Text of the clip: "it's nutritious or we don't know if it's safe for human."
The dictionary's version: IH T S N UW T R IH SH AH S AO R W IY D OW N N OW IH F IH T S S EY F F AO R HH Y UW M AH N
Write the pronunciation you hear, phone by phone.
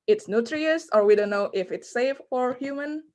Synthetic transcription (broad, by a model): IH T S N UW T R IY AH S AO R W IY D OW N N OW IH F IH T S S EY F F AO R HH Y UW M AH N